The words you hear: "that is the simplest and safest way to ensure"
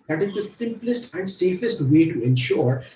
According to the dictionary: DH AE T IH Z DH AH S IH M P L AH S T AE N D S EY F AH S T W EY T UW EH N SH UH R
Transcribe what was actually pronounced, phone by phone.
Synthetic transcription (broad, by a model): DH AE T IH Z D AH S IH M P L AH S T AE N D S EY F AH S T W EY T UW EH N SH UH R